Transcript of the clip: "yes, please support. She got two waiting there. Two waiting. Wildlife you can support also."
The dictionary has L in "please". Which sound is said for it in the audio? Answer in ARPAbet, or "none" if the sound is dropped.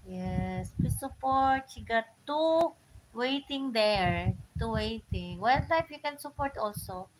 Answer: none